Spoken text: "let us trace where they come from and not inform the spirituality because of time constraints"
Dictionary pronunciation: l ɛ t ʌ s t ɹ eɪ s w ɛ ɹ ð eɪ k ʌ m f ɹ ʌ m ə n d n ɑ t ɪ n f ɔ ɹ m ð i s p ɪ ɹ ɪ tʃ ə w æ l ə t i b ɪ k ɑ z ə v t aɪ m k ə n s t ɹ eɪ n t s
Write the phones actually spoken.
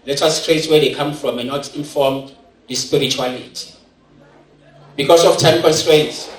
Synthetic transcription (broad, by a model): l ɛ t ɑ s t ɹ eɪ s w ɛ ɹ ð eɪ k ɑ m f ɹ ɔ m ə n n ɑ t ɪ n f ɔ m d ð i s p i ɹ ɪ tʃ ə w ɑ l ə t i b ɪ k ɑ s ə f t aɪ m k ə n s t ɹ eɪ n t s